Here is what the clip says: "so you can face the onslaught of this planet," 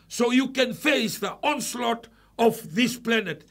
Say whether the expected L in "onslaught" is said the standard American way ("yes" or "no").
yes